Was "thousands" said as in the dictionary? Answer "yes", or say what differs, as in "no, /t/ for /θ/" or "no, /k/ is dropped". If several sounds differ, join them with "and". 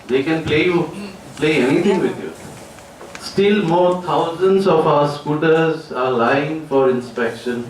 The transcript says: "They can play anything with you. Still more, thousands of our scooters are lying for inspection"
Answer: no, /t/ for /θ/